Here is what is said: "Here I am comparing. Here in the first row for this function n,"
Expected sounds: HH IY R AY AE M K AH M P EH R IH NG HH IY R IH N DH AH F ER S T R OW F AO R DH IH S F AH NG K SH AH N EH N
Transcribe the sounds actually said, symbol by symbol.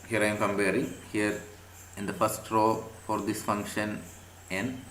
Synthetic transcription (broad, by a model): HH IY R AY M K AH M B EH R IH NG HH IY R IH N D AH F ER S T R OW F AO R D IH S F AH NG K SH AH N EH N